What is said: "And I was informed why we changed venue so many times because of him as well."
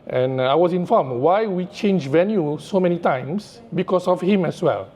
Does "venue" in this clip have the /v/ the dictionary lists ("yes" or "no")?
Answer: yes